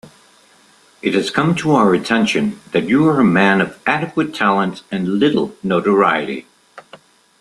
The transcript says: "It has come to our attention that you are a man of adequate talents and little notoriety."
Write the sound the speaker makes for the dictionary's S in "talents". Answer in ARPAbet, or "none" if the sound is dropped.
none